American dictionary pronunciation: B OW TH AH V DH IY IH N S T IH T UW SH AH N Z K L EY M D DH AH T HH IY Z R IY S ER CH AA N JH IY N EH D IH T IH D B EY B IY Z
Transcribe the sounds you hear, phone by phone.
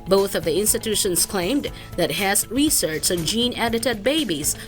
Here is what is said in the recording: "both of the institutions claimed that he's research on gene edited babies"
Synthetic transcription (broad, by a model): B OW TH AH V DH IY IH N S T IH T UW SH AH N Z K L EY M D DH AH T HH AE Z R IY S ER CH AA N JH IY N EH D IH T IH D B EY B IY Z